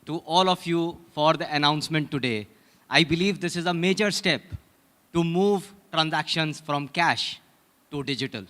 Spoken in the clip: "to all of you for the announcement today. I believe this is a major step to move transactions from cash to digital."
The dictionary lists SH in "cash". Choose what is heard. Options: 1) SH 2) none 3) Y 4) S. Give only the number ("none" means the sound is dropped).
1